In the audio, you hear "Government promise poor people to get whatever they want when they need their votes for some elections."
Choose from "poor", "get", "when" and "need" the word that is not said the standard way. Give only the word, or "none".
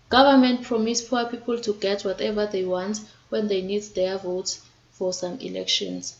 poor